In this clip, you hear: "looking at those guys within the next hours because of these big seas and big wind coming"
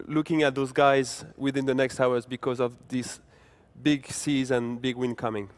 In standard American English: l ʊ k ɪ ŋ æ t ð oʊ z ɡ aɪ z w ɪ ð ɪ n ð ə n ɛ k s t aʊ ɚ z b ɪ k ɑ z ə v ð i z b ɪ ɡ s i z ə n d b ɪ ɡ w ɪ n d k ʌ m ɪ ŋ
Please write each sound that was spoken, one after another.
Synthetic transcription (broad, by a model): l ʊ k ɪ ŋ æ t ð oʊ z ɡ aɪ z w ɪ ð ɪ n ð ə n ɛ k s t aʊ ɚ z b ɪ k ɑ z ə v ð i s b ɪ ɡ s i z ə n b ɪ ɡ w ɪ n k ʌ m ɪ ŋ